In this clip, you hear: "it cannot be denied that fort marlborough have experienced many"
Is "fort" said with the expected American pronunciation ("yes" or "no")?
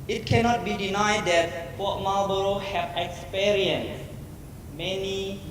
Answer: no